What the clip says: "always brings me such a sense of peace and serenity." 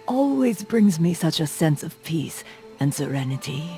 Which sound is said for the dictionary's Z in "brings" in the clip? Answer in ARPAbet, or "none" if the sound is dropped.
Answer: Z